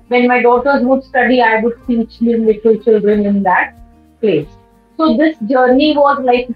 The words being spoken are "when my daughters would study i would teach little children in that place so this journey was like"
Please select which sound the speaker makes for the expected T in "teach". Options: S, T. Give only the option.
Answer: S